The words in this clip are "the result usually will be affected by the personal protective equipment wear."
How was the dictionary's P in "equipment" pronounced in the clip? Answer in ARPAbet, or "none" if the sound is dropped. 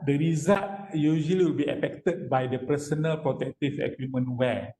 none